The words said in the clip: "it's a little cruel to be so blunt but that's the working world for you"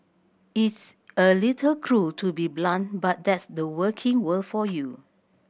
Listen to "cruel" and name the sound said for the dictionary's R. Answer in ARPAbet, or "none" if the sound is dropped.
R